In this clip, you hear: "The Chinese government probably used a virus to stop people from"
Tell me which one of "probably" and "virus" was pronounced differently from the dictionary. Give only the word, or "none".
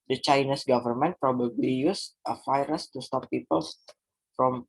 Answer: virus